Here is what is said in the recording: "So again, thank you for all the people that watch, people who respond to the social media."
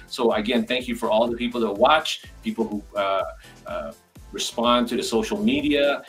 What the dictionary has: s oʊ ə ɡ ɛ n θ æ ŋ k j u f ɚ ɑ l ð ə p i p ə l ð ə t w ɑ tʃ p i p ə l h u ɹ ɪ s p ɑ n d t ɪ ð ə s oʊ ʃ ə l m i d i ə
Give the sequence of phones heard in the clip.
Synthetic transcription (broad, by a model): s oʊ ə ɡ ɛ n θ æ ŋ k j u f ɚ ɑ l ð ə p i p l ð ə t w ɑ tʃ p i p l h u ɹ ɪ s p ɑ n t ɪ ð ə s oʊ ʃ l m i d i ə